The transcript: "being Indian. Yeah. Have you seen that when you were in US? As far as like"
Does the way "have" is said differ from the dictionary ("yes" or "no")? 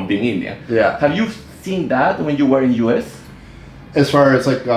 no